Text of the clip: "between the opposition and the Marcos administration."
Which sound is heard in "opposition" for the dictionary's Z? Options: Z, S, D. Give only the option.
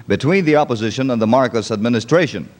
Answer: Z